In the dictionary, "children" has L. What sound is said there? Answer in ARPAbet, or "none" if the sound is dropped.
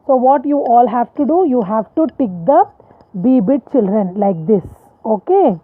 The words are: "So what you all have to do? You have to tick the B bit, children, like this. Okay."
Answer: L